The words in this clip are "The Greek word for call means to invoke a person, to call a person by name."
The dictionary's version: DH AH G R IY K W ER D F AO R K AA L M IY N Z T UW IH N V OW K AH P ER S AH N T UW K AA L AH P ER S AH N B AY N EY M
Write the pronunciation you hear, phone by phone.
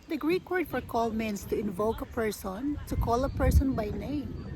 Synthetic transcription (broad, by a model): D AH G R IY K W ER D F AO R K AA L M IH N S T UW IH N V OW K AH P ER S AH N T UW K AA L AH P ER S AH N B AY N EY M